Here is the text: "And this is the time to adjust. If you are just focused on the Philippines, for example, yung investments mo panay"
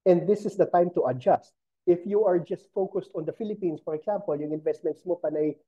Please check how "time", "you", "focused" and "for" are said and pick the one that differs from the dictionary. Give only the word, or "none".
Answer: none